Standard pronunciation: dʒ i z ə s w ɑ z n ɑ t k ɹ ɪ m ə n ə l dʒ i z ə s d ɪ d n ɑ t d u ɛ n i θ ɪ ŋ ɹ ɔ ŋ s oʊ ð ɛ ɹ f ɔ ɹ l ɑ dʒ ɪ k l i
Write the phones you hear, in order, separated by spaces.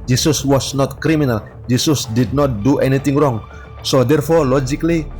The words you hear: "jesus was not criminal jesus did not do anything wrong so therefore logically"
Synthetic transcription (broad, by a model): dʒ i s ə s w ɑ s n ɑ t k ɹ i m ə n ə l dʒ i s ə s d ɪ d n ɑ t d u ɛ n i t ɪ ŋ ɹ ɔ ŋ s oʊ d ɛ ɹ f ɔ ɹ l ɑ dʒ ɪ k l i